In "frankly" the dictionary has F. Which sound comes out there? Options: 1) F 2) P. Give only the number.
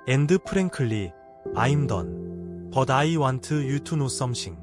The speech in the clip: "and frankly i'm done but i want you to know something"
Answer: 2